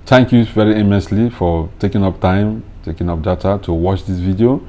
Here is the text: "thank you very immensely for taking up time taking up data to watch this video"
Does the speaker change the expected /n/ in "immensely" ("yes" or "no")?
yes